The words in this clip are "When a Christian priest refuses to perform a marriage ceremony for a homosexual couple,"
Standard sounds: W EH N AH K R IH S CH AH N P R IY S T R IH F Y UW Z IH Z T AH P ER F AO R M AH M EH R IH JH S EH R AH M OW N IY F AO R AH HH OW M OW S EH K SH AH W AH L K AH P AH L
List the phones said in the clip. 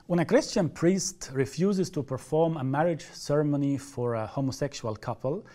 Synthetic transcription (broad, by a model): W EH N AH K R IH S CH AH N P R IY S T R IH F Y UW Z IH Z T AH P ER F AO R M AH M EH R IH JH S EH R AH M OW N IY F AO R AH HH OW M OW S EH K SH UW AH L K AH P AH L